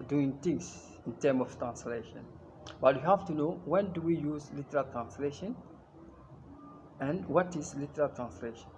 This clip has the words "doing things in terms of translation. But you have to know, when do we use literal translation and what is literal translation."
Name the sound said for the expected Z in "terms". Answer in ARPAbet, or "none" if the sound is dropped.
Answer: none